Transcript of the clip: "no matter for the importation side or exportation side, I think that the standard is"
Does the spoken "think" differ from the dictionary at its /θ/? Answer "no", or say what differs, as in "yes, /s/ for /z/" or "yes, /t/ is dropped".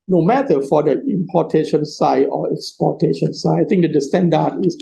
yes, /t/ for /θ/